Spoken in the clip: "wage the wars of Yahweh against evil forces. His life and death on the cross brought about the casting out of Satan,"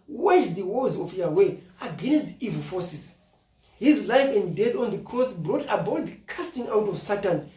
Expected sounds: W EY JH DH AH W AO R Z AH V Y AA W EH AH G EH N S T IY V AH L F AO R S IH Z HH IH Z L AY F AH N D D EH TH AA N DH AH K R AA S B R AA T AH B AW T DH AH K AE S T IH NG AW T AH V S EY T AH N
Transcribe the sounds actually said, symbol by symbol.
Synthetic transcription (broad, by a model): W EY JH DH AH W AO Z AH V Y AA W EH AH G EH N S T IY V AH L F AO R S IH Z HH IH Z L AY F AH N D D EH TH AA N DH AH K AA S B R AA T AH B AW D K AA S T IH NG AW T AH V S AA T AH N